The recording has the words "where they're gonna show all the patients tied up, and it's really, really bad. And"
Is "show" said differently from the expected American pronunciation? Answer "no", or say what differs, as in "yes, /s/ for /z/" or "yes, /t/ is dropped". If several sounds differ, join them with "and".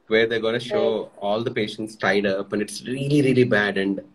no